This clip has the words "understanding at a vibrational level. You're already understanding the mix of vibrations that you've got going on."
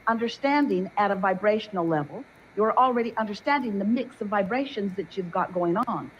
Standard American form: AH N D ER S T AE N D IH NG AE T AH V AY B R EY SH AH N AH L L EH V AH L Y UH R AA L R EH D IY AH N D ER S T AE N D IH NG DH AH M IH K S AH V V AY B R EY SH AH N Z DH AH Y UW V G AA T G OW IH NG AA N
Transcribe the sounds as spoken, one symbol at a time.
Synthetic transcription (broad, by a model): AH N D ER S T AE N D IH NG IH T AH V AY B R EY SH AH N L L EH V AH L Y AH R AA L R EH D IY AH N D ER S T AE N D IH NG DH AH M IH K S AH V V AY B R EY SH AH N Z DH AH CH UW V G AA T G OW IH NG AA N